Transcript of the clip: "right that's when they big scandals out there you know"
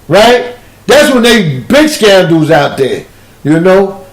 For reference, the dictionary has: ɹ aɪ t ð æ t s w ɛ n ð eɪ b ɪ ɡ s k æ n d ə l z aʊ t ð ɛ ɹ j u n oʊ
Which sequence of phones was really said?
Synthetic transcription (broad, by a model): ɹ aɪ t ð æ t s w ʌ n ð eɪ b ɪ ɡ s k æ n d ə z aʊ t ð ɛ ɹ j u n oʊ